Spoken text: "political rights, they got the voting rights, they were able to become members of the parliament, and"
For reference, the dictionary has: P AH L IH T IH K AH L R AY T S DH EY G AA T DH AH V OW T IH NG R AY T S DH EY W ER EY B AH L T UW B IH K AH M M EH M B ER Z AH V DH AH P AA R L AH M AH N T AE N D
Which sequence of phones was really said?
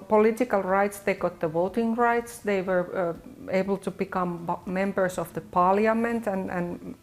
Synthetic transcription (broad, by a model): P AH L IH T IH K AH L R AY T S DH EY G AA T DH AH V OW T IH NG R AY T S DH EY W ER EY B AH L T UW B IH K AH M M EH M B ER S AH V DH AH P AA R L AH M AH N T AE N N